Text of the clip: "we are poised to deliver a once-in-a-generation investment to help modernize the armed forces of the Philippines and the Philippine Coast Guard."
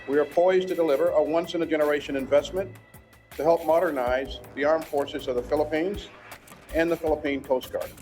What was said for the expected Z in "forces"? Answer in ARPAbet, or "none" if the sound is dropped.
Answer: Z